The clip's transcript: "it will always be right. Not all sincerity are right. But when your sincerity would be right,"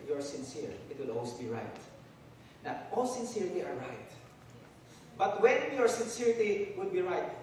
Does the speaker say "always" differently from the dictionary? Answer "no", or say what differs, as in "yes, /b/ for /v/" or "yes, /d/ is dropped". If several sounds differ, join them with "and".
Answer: yes, /s/ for /z/